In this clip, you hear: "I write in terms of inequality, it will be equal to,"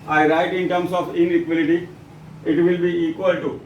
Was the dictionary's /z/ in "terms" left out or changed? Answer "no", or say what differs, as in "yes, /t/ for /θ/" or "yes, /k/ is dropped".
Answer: yes, /s/ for /z/